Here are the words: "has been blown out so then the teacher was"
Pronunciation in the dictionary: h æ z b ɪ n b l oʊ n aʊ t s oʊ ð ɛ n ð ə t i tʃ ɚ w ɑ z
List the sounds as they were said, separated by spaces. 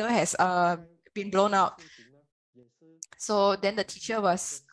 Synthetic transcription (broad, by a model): h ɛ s b ɪ n b l oʊ n aʊ t s oʊ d ɛ n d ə t i tʃ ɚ w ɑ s